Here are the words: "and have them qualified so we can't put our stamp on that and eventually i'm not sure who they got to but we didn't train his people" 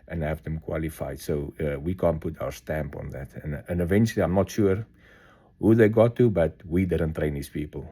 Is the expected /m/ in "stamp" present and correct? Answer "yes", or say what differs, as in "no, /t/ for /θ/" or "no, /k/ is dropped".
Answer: yes